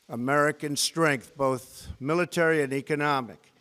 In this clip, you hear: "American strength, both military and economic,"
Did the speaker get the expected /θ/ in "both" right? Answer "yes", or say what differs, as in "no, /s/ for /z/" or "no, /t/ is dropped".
yes